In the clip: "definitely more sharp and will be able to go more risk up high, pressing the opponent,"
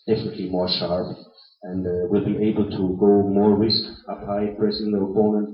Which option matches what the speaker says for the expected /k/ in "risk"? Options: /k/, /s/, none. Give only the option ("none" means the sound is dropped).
/k/